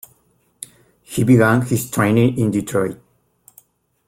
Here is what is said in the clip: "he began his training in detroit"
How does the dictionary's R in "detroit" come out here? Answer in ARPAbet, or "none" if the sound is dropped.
R